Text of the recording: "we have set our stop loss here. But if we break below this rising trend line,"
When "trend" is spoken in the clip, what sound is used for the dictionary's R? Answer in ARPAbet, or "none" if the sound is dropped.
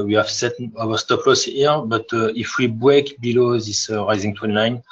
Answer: W